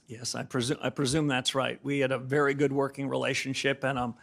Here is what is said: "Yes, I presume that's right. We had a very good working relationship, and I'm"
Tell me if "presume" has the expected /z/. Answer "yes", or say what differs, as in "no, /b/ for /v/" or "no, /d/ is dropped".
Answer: yes